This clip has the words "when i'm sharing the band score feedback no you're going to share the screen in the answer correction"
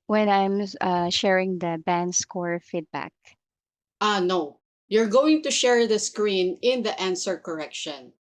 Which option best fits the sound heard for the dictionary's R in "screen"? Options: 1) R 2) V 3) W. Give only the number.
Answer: 1